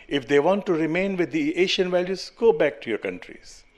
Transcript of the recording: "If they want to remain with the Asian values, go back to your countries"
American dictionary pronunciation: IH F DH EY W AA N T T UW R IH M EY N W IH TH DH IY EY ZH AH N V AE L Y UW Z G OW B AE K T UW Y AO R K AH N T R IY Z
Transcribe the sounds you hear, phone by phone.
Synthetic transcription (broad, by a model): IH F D EY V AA N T T UW R IH M EY N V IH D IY EY SH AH N V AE L Y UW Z G OW B AE K T UW Y AO R K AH N T R IY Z